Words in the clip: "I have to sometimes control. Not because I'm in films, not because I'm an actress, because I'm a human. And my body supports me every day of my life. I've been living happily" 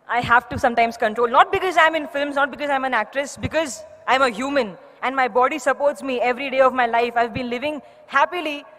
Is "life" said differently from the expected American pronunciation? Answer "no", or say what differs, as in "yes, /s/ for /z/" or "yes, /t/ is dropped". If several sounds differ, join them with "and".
no